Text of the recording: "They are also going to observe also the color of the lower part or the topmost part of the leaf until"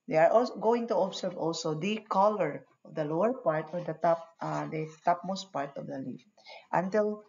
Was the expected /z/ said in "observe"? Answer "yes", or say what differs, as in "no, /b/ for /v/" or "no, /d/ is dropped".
no, /s/ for /z/